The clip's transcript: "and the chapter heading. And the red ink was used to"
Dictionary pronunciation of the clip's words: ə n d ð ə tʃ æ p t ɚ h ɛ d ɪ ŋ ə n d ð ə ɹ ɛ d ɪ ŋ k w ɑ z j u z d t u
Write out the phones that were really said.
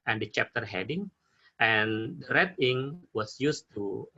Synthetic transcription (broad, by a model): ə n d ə tʃ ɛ p t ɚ h ɛ d ɪ ŋ ə n d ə ɹ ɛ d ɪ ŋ w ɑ s j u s t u